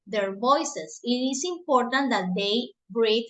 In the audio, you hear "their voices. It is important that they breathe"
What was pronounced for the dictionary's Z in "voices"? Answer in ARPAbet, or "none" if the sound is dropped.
S